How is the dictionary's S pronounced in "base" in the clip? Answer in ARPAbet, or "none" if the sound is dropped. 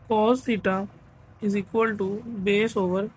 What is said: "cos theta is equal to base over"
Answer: S